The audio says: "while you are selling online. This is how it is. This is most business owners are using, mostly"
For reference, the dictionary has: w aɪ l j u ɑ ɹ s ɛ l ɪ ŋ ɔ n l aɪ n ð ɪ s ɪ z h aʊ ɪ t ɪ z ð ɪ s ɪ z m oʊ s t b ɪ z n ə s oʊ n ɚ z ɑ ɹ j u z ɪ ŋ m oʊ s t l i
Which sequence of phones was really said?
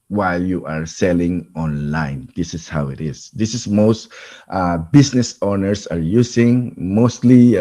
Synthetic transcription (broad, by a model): w aɪ l j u ɑ ɹ s ɛ l ɪ ŋ ɔ n l aɪ n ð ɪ s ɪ s h aʊ ɪ t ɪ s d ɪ s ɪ s m oʊ s t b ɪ s n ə s oʊ n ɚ s ɑ ɹ j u s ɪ ŋ m oʊ s t l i